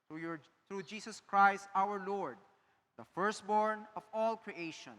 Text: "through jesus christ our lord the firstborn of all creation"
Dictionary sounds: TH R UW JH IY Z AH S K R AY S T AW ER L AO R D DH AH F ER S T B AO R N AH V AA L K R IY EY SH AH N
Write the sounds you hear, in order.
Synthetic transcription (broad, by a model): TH R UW JH IY S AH S K R AY S T AW ER L AO R D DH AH F ER S T B AO R N AH V AA L K R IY EY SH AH N